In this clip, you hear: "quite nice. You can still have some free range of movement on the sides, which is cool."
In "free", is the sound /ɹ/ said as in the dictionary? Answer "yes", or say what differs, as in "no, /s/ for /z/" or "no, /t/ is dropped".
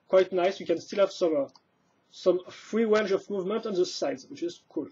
yes